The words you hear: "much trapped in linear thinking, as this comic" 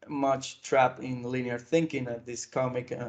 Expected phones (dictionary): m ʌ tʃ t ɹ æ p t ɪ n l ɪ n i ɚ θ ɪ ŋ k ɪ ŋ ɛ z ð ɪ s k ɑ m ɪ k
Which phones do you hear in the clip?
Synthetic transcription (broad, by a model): m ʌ tʃ t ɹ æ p ɪ n l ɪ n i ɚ θ ɪ ŋ k ɪ ŋ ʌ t ð ɪ s k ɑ m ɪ k